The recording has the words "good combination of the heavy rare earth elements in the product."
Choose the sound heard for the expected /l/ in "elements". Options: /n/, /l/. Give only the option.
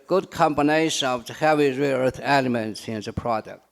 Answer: /l/